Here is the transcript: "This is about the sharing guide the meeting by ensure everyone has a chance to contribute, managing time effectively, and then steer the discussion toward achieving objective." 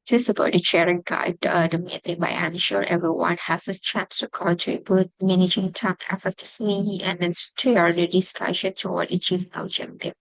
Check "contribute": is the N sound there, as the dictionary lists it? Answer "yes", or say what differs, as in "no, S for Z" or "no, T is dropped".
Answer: no, N is dropped